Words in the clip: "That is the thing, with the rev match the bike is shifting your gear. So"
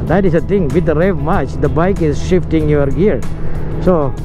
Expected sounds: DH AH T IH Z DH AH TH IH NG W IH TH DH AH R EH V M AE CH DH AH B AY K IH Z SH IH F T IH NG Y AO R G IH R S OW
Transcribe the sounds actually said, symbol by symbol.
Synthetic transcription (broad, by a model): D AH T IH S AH T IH NG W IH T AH R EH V M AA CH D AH B AY K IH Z SH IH F T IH NG Y AO R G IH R S OW